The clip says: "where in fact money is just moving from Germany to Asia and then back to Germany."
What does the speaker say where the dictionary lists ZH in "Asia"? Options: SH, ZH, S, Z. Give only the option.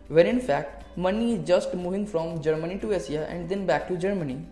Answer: S